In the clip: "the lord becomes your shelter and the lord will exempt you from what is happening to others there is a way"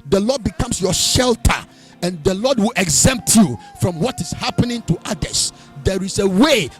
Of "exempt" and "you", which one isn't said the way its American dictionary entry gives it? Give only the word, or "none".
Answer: none